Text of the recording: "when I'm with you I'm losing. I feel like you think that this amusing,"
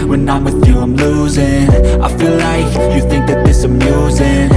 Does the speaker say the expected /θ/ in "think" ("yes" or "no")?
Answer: yes